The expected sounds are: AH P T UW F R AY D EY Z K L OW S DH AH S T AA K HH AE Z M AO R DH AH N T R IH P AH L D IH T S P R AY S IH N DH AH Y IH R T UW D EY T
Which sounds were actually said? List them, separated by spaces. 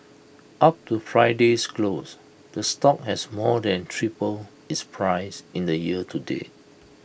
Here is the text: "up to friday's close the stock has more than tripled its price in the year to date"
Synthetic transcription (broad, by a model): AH P T UW F R AY D EY S K L OW S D AH S T AA K HH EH S M AO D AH N T R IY P AH L IH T S P R AY S IH N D AH Y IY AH T UW D EY